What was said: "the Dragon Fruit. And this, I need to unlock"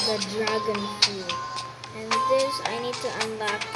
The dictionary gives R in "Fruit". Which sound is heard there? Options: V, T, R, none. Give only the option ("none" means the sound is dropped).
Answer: none